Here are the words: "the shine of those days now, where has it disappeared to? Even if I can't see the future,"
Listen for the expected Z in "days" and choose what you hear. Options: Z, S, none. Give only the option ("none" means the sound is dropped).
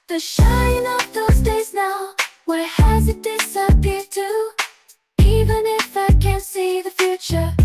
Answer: Z